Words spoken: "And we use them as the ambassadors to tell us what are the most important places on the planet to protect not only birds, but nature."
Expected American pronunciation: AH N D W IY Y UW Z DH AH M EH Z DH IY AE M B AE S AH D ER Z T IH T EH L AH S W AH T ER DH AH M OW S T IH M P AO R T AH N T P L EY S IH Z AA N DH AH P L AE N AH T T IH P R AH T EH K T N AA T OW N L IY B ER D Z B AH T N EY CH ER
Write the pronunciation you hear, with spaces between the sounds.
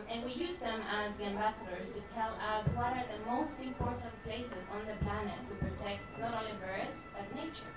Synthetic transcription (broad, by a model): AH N W IY Y UW Z DH AH M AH Z DH IY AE M B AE S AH D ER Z T IH T EH L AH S W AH T ER DH AH M OW S T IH M P AO R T N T P L EY S IH Z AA N DH AH P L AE N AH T T IH P R AH T EH K T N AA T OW L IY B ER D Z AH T N EY CH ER